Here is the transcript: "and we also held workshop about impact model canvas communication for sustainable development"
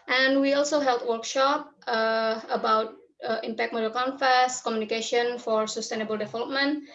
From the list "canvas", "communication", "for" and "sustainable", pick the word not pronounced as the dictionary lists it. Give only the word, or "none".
canvas